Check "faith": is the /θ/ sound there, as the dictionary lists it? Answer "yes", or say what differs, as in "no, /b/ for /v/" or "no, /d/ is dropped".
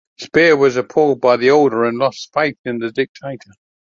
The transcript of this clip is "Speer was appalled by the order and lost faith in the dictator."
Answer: yes